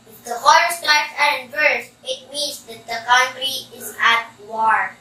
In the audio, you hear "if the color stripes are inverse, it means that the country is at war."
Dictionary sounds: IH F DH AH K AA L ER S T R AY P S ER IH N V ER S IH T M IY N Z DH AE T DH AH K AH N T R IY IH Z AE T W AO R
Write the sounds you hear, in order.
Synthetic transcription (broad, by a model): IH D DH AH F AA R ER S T AY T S ER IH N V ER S IH T M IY N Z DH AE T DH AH K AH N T R IY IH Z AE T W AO R